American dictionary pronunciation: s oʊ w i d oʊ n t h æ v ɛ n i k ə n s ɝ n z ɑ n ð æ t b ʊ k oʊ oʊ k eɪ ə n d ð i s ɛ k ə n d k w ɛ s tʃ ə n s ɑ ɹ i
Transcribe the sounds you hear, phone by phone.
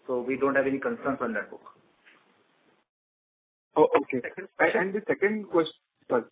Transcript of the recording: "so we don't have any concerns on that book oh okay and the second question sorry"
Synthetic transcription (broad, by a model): s oʊ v i d oʊ n t h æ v ɛ n i k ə n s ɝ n s ɑ n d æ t b ʊ k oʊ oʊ k eɪ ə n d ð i s ɛ k ə n d k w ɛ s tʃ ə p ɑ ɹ